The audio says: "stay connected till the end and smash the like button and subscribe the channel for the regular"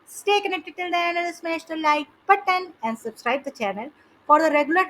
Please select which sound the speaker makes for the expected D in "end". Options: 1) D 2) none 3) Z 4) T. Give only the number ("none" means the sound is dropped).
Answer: 2